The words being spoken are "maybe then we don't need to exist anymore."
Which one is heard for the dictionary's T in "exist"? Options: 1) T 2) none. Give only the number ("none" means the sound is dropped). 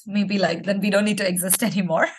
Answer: 1